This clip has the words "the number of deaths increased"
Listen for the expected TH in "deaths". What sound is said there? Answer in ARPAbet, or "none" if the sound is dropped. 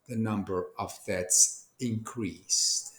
T